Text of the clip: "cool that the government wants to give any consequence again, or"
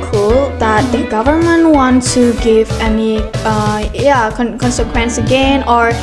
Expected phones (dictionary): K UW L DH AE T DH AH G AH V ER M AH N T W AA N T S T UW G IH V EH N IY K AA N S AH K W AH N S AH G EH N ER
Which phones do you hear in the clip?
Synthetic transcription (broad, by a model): K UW L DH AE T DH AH G AH V ER M AH N T W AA N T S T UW G IH V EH N IY K AA N S AH K W AH N S AH G EH N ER